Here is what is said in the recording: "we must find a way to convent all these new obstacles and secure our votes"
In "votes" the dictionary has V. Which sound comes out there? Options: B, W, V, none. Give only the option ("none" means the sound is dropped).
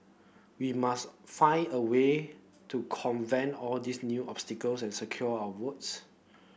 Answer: W